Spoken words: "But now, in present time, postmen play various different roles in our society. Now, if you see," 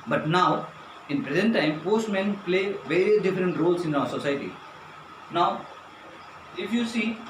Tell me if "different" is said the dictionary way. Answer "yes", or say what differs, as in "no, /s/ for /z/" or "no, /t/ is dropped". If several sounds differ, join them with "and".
yes